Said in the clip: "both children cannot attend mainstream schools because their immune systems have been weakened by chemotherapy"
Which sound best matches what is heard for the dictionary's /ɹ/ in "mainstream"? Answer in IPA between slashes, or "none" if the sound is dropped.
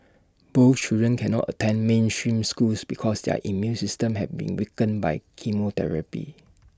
/ɹ/